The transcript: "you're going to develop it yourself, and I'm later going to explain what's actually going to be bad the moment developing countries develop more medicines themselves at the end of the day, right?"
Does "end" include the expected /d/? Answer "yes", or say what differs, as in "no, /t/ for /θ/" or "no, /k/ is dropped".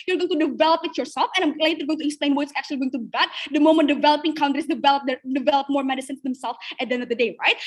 no, /d/ is dropped